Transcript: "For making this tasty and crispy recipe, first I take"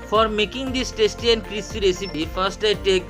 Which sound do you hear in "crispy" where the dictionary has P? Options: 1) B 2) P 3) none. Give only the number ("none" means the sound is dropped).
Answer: 3